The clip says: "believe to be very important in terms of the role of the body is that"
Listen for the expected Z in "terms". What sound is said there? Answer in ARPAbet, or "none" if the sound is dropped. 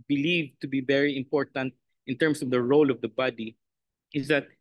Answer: S